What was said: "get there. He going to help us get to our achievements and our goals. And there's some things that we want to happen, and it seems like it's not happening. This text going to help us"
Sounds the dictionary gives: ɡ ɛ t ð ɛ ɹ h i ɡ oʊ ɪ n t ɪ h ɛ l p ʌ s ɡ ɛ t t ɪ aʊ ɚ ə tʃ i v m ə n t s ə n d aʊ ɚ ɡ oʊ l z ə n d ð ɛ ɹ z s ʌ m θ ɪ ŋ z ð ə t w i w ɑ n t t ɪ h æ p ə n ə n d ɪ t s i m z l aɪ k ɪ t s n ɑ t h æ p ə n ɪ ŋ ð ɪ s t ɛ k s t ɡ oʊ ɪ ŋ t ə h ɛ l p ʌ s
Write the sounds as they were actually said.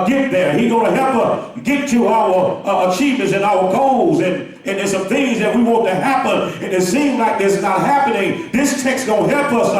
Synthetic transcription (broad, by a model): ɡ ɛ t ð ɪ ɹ h i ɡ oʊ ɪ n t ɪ h ɛ l p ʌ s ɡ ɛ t t ɪ aʊ ɚ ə tʃ i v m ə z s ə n aʊ ɚ ɡ oʊ l z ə n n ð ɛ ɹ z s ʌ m θ ɪ ŋ z ð ə t w i w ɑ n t t ɪ h æ p ə n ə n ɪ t s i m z l aɪ k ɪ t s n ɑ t h æ p ə n ɪ ŋ ð ɪ s t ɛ k s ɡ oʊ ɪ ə h ɛ l p ʌ s